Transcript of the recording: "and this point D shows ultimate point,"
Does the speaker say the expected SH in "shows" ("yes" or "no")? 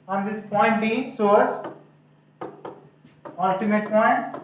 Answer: no